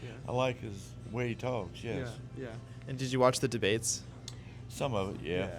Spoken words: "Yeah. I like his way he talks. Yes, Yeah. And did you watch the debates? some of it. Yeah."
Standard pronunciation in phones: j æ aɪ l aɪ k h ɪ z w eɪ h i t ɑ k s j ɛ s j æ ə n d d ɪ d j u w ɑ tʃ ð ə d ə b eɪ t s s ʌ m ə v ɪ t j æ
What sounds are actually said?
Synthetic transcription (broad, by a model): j aɪ l aɪ k h ɪ z w eɪ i t ɑ k s j ɛ s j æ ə n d d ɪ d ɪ w ɑ tʃ ð ə d ə b eɪ t s s ʌ m ə v ɪ t j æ